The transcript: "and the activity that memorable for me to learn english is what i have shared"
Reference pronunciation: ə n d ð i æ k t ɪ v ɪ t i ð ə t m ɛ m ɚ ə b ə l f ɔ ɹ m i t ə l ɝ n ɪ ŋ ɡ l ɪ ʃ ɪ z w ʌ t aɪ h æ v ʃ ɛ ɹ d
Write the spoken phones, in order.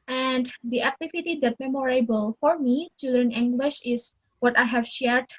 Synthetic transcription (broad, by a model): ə n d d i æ k t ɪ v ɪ t i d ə t m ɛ m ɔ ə b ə l f ɔ ɹ m i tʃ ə l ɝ n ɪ ŋ ɡ l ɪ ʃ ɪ s w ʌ t aɪ h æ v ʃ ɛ ɹ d